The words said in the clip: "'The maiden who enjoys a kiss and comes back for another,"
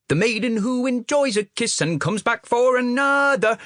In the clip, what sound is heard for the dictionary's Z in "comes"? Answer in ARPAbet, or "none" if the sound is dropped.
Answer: Z